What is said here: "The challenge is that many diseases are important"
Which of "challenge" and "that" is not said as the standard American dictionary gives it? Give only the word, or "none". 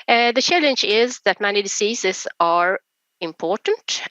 none